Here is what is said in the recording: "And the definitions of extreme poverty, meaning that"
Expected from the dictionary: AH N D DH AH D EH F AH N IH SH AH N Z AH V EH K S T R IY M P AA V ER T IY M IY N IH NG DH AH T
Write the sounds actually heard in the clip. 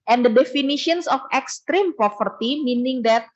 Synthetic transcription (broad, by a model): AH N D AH D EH F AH N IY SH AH N S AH F EH K S T R IY M P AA F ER T IY M IY N IH NG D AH T